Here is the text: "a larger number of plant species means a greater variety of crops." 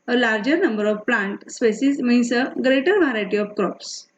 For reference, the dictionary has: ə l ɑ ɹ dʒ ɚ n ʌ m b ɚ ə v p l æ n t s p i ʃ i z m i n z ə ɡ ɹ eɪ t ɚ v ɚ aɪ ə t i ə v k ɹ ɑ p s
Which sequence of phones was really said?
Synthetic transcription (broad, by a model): ə l ɑ ɹ dʒ ɚ n ʌ m b ɚ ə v p l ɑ n t s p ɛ s i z m i n s ə ɡ ɹ eɪ t ɚ v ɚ aɪ t i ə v k ɹ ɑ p s